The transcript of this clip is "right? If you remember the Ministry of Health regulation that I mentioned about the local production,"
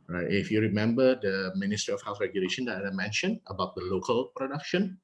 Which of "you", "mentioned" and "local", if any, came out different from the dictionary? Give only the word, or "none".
mentioned